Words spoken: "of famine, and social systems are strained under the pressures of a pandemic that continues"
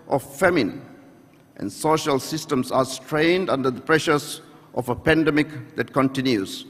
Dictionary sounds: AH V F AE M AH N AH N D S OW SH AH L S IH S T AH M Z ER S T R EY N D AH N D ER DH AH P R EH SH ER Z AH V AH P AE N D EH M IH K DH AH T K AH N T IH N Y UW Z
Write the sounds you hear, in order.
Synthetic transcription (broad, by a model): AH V F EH M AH N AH N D S OW SH AH L S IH S T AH M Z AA S T R EY N D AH N D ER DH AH P R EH SH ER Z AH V AH P AE N D EH M IH K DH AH T K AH N T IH N Y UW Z